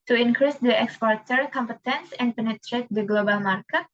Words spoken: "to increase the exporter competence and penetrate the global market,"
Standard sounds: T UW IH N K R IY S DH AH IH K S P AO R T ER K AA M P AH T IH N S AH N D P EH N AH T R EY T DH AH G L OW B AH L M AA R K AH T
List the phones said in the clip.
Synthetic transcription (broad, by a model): T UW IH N K R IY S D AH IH K S P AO R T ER K AA M P AH T IH N S AH N D P EH N AH T R EY T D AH G L OW B AH L M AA R K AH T